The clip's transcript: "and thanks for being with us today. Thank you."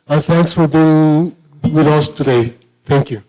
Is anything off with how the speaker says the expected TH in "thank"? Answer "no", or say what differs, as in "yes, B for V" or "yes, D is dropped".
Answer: yes, T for TH